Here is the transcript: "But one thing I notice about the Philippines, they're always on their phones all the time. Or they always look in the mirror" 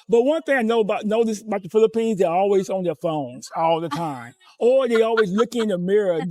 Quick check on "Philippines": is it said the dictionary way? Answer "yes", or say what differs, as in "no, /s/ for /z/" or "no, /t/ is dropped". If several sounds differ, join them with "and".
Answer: yes